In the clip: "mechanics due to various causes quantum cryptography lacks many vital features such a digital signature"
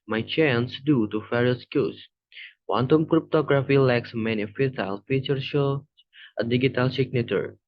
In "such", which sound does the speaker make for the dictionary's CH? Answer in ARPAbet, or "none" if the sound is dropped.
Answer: none